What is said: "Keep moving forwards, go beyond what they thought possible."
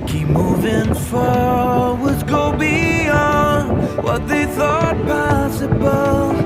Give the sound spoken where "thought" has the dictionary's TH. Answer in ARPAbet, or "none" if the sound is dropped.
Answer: TH